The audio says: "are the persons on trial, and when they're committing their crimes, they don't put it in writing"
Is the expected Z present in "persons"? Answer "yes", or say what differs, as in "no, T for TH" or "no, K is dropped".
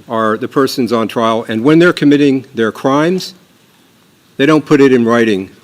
yes